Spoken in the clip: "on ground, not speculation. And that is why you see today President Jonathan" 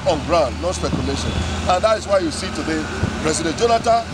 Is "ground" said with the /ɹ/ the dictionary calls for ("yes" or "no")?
yes